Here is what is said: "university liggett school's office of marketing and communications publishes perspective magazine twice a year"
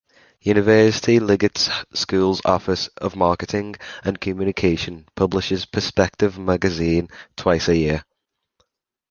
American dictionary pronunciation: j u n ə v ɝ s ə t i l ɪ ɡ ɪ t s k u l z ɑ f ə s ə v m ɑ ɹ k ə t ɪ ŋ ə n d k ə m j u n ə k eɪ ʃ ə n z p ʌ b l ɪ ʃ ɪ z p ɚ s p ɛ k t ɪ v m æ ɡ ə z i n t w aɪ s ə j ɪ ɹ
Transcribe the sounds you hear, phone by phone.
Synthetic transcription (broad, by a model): j u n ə v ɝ s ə t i l ɪ ɡ ɪ t s k u l z ɑ f ə s ə v m ɑ k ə t ɪ ŋ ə n k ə m j u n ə k eɪ ʃ ə n p ʌ b l ɪ ʃ ɪ z p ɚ s p ɛ k t ɪ v m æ ɡ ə z i n t w aɪ s ə j ɪ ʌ